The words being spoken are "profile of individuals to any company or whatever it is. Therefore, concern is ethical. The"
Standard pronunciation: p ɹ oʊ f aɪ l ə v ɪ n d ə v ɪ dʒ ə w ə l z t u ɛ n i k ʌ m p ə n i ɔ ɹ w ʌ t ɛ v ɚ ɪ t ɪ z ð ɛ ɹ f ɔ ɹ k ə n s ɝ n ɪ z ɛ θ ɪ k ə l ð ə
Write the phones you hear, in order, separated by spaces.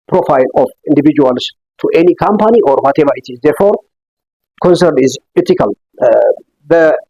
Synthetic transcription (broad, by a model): p ɹ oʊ f aɪ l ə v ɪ n d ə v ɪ dʒ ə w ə l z t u ɛ n i k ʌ m p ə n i ɔ ɹ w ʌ t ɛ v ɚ ɪ t ɪ z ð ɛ ɹ f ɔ ɹ k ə n s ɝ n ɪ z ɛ t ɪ k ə l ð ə